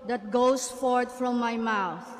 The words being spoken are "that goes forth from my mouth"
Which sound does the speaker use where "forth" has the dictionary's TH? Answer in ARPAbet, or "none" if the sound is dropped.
T